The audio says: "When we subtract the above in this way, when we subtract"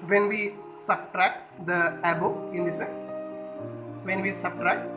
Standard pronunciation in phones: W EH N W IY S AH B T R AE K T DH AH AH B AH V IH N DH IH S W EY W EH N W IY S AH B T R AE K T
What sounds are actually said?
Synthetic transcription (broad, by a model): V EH N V IY S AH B T R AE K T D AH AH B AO IH N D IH S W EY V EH N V IY S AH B T R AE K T